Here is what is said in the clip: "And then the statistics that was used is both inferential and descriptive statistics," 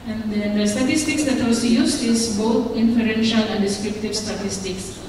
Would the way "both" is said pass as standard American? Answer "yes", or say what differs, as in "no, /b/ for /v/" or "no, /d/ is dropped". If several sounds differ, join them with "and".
no, /t/ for /θ/